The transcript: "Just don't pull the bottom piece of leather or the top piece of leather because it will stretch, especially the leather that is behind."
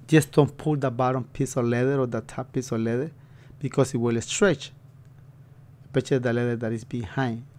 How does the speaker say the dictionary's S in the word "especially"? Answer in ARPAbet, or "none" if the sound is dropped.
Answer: none